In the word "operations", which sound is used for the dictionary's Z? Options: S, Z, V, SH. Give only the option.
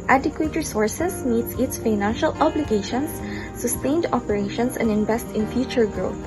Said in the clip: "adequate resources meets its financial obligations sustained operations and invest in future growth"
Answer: S